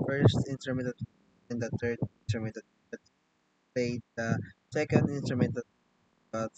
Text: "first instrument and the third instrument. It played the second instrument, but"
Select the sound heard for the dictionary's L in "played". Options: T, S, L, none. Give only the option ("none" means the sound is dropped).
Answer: none